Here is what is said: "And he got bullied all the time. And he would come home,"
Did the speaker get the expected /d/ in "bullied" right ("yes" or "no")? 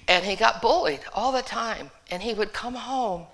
yes